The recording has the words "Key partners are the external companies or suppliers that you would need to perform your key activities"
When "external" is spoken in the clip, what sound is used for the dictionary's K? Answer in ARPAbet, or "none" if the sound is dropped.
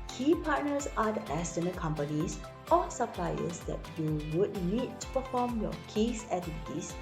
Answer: none